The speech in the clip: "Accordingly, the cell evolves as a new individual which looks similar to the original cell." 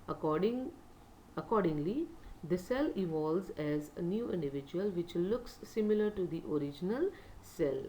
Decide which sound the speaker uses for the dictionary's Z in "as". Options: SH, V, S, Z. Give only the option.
Z